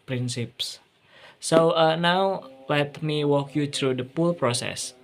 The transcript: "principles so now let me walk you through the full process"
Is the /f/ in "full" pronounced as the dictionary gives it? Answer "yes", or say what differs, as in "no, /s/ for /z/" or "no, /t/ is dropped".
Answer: no, /p/ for /f/